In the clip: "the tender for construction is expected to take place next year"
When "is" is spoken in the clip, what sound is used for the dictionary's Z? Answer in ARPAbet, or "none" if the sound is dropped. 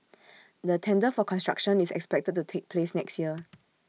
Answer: S